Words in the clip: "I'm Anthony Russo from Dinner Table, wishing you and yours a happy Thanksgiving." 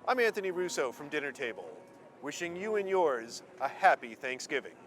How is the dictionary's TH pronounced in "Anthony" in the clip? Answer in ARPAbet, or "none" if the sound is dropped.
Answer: TH